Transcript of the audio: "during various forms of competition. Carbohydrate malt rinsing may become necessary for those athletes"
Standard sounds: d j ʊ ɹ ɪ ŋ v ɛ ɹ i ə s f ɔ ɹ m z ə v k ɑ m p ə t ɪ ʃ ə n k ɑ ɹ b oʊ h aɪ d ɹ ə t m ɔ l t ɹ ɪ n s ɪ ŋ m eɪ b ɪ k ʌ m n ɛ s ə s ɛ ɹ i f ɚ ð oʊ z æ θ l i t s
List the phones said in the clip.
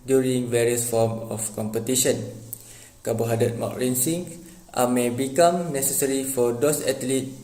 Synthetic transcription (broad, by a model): d j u ɹ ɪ ŋ v ɛ ɹ i ə s f ɔ m ə f k ɑ m p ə t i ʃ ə n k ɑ b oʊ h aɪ d ə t m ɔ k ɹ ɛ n s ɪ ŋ m eɪ b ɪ k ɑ m n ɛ s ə s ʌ ɹ i f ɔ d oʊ s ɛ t l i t